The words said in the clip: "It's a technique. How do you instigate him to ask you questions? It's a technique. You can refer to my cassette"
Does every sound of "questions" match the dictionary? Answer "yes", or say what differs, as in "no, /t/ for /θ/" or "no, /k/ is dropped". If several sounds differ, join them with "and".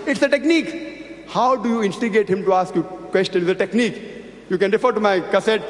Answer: no, /z/ is dropped